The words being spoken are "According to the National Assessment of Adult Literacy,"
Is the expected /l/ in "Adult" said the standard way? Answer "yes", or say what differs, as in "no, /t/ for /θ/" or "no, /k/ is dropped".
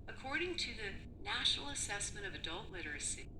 yes